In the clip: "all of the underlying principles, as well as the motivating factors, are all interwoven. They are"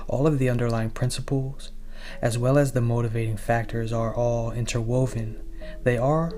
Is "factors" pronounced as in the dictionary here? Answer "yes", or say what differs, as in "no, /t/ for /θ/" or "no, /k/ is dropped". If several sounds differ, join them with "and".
yes